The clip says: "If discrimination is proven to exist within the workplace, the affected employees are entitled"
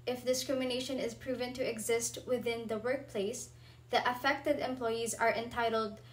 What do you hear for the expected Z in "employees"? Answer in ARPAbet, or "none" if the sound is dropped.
Z